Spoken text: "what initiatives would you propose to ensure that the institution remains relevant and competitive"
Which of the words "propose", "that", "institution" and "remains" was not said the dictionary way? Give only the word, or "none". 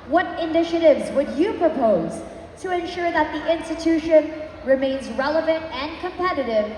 none